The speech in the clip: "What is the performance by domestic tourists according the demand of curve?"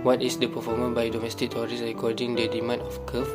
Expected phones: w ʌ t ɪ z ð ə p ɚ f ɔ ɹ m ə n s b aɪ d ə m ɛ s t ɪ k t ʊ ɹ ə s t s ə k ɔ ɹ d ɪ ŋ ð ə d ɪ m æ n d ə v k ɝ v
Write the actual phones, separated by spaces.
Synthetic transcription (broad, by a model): w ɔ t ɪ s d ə p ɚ f ɔ m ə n b aɪ d ə m ɛ s t ɪ k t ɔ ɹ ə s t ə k ɔ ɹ d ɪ ŋ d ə d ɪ m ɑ n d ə f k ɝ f